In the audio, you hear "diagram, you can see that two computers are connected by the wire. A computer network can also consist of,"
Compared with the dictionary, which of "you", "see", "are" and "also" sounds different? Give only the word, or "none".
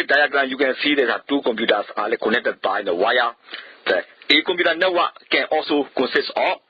are